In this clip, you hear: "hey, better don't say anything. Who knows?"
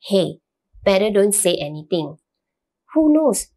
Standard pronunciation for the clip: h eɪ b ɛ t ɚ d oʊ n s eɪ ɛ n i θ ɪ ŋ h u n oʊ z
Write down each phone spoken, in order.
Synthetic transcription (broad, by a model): h eɪ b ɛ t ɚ d oʊ n s eɪ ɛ n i t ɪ ŋ h u n oʊ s